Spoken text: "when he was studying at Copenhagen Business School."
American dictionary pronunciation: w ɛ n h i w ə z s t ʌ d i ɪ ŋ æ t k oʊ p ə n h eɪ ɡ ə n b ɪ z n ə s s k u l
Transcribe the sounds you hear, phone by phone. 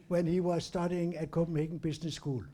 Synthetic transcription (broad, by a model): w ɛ n h i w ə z s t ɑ d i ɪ ŋ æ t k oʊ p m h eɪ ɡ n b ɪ s n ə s s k u l